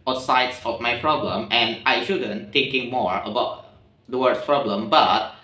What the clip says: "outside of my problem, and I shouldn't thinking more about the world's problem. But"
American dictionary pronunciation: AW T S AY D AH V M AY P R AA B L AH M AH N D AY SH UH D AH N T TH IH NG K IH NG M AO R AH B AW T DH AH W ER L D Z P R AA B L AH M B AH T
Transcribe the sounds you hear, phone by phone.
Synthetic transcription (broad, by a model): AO S AY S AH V M AY P R AA B L AH M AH N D AY SH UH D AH N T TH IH NG K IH NG M AO R AH B AW T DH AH W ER D S P R AA B L AH M B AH T